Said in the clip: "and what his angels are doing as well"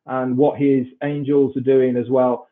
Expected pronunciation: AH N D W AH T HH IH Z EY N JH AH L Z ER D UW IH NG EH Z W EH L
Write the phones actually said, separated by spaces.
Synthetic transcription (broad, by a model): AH N W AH T HH IH Z EY N JH AH L Z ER D UW IH NG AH Z W EH L